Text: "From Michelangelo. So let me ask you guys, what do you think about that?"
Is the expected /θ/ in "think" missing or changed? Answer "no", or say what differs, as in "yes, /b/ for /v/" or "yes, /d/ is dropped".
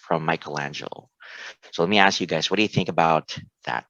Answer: no